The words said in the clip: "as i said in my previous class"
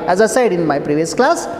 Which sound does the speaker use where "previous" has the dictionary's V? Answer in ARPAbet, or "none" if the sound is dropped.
V